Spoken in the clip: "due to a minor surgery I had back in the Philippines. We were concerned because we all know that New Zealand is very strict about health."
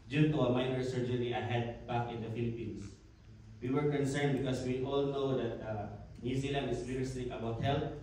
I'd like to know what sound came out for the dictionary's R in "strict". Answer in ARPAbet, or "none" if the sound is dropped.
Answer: none